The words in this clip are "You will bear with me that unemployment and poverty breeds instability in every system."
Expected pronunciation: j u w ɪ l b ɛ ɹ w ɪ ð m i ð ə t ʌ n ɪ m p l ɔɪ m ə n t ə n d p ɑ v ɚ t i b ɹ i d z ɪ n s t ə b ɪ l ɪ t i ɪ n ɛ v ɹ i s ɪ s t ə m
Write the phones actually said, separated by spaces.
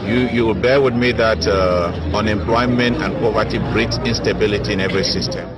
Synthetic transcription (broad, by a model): j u w ɪ l b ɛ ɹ w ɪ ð m i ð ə t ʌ n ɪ m p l ɔɪ m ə n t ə n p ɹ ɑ v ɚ t i b ɹ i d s ɪ n s t ə b ɪ l ɪ t i ɪ n ɛ v ɹ i s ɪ s t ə m